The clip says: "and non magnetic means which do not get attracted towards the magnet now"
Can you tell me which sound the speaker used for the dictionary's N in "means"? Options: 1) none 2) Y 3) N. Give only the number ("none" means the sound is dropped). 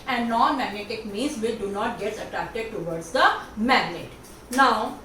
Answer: 1